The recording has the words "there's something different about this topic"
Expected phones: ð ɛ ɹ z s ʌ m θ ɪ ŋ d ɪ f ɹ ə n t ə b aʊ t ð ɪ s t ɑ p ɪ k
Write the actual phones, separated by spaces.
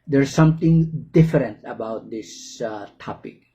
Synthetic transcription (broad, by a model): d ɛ ɹ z s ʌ m t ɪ ŋ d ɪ f ɹ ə n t ə b aʊ t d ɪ s t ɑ p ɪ k